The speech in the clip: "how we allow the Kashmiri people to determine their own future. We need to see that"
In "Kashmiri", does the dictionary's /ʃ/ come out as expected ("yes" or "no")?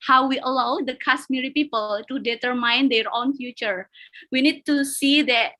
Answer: no